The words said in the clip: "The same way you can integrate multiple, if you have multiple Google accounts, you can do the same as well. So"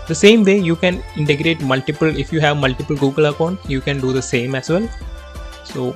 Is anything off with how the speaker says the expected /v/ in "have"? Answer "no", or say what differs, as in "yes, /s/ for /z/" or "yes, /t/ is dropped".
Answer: no